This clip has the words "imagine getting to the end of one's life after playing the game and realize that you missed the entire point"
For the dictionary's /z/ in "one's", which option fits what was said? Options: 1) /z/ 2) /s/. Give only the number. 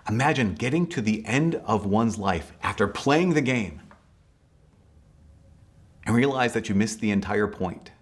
1